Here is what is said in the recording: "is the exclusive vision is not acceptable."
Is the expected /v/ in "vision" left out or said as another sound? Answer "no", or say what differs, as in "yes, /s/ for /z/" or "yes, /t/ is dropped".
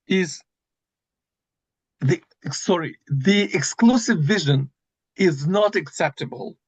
no